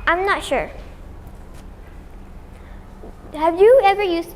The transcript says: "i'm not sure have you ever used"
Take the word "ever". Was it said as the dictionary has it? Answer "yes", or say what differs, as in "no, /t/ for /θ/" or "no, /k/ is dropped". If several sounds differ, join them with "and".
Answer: yes